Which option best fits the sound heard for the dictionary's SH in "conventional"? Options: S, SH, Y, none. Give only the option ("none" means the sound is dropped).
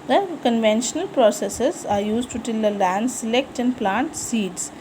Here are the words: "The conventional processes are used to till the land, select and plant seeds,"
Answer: SH